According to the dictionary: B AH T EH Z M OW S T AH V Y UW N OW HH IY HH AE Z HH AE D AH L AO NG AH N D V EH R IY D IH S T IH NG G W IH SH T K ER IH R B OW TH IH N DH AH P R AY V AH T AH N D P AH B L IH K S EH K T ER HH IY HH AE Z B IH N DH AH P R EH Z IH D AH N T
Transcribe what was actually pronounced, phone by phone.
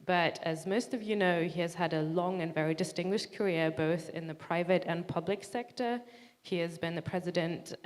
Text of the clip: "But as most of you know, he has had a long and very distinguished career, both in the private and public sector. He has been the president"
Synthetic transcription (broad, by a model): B AH T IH Z M OW S T AH V Y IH N OW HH IY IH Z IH D AH L AO NG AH N V EH R IY D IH S T IH NG G W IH SH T K ER IH R B OW TH IH N DH AH P R AY V AH T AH N P AH B L IH K S EH K T ER HH IY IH Z B IH N DH AH P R EH Z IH D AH N T